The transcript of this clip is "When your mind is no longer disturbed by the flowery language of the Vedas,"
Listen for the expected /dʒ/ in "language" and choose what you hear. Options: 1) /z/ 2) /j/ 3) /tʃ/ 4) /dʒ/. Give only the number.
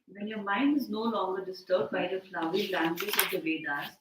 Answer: 1